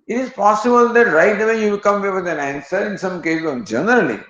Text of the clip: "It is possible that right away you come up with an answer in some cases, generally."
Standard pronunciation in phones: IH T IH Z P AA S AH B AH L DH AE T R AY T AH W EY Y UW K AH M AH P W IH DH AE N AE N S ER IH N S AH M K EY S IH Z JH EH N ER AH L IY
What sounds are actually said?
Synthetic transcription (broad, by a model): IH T IH Z P AA S AH B AH L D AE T R AY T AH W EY Y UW K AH M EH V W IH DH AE N AE N S ER IH N S AH M K EY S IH JH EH N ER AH L IY